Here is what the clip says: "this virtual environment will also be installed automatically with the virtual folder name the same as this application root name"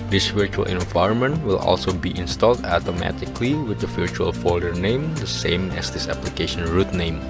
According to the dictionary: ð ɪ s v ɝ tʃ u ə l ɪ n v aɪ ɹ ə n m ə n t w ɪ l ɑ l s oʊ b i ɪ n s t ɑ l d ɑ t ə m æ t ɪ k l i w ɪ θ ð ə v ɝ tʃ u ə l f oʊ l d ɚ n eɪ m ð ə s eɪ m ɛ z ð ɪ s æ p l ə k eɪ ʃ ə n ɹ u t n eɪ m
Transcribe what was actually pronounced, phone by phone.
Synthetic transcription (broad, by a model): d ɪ s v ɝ tʃ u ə l ɪ n v aɪ ɹ ə n m ə n t w ɪ l ɑ l s oʊ b i ɪ n s t ɑ l d ɑ t ə m æ t ɪ k l i w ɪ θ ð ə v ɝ tʃ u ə l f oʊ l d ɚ n eɪ m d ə s eɪ m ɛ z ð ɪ s æ p l ə k eɪ ʃ ə n ɹ u t n eɪ m